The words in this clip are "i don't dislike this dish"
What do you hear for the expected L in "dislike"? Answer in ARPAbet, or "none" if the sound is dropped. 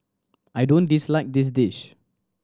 L